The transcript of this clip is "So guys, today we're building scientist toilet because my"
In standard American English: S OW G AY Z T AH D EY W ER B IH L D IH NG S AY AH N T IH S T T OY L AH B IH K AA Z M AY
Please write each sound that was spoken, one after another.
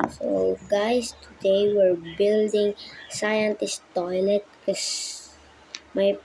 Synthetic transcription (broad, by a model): S OW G AY S T AH D EY W ER B IH L D IH NG S AY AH N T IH S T T OY L AH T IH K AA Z M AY